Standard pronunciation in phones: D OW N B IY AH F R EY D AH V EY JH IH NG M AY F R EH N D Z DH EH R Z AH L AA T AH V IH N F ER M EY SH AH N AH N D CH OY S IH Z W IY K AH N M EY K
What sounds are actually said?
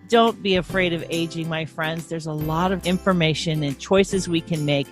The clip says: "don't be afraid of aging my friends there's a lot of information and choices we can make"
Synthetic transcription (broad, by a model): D OW N B IY AH F R EY D AH V EY JH IH NG M AY F R EH N D Z DH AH R Z AH L AA T AH V IH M F ER M EY SH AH N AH N CH OY S IH Z W IY K AH N M EY K